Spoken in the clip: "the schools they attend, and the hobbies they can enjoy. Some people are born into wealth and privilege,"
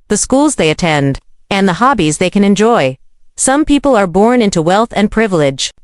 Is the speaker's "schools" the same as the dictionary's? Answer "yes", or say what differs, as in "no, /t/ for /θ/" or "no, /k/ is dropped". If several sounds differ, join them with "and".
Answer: yes